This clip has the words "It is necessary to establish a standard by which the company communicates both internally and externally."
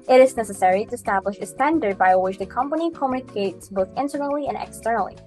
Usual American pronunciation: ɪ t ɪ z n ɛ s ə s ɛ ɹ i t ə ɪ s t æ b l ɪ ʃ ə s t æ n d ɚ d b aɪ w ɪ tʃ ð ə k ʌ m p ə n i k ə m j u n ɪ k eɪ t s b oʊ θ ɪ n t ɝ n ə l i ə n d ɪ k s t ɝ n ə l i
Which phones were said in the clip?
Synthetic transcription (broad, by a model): ɪ t ɪ z n ɛ s ə s ɛ ɹ i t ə ɪ s t æ b l ɪ ʃ ə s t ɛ n d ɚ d b aɪ w ɪ tʃ ð ə k ʌ m p ə n i k ə m j u n ɪ k eɪ t s b oʊ θ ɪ n t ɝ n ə l i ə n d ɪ k s t ɝ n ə l i